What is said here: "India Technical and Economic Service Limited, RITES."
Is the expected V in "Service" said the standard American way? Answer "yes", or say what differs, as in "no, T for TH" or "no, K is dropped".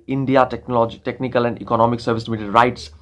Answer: yes